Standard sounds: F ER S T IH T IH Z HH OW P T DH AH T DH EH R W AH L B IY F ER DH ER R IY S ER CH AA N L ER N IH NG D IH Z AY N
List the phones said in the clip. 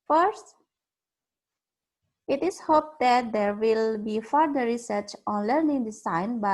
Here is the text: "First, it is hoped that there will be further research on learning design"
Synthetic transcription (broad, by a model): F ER S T IH T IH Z HH OW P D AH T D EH R W AH L B IY F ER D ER R IY S ER CH AA N L ER N IH NG D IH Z AY N